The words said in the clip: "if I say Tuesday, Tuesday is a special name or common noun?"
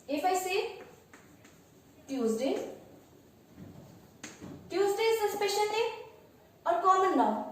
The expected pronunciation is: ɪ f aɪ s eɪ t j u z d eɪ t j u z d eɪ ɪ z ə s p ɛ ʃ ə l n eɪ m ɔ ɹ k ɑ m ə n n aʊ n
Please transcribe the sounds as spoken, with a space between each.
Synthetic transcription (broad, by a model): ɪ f aɪ s eɪ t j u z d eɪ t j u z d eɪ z ə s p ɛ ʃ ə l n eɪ ɔ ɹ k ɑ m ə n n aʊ